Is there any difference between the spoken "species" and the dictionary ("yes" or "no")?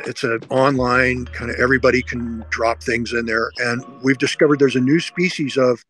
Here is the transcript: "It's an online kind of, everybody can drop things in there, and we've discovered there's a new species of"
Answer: no